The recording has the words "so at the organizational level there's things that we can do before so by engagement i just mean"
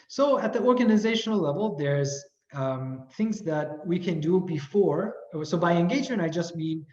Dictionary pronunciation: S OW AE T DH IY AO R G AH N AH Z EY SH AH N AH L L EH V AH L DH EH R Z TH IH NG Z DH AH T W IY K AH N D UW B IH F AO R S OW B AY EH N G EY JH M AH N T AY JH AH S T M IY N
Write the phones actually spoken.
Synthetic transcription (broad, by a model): S OW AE T DH IY AO R G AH N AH Z EY SH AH N L L EH V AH L DH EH R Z TH IH NG Z DH AH T W IY K AH N D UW B IH F AO R S OW B AY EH N G EY JH AH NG AY JH AH S T M IY N